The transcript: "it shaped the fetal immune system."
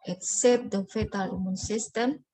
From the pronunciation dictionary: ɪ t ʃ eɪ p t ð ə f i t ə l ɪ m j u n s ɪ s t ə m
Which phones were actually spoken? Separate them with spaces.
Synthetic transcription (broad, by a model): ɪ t s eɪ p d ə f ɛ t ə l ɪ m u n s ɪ s t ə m